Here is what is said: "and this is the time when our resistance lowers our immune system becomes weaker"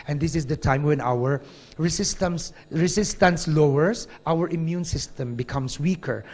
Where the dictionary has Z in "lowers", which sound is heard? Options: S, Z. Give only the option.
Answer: S